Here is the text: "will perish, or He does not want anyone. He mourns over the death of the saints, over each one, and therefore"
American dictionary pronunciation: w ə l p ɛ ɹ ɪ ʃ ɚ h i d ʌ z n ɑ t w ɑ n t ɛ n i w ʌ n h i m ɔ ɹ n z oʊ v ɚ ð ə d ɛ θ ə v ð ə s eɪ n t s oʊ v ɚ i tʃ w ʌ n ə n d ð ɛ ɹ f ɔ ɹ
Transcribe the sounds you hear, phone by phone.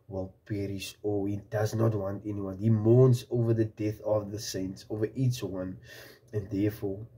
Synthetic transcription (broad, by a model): w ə l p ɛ ɹ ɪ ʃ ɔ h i d ʌ z n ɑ t w ɑ n t ɛ n i w ʌ n h i m ɔ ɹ n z oʊ v ɚ ð ə d ɛ θ ə v ð ə s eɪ n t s oʊ v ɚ i tʃ w ʌ n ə n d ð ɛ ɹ f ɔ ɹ